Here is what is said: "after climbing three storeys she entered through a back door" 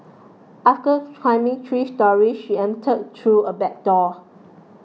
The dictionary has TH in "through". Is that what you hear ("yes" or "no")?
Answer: no